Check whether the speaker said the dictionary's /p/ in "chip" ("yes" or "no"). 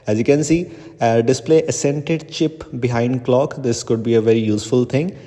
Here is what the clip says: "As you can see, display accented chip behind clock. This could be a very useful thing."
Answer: yes